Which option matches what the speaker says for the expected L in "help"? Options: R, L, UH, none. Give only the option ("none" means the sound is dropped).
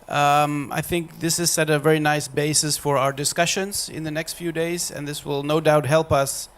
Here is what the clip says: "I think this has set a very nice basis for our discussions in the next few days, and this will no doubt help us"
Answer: L